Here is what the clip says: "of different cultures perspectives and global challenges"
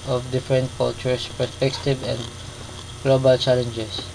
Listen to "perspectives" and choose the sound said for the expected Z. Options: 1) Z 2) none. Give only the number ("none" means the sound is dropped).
2